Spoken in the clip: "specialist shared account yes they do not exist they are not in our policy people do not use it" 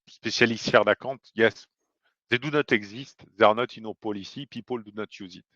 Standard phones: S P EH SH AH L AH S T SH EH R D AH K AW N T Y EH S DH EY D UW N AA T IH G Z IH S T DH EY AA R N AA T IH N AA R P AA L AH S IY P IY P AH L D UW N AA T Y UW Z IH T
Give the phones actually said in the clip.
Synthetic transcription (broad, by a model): S P EH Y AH L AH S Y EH R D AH K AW T Y EH S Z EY D UW N AA T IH G Z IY S T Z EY AA R N AA T IH N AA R P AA L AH S IY P IY P AH L D UW N AA T Y UW Z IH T